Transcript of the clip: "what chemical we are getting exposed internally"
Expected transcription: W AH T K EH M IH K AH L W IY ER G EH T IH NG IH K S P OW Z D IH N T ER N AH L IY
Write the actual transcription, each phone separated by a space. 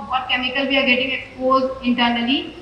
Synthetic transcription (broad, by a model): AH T K EH M IH K AH L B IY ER G EH T IH NG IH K S P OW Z IH N T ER N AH L IY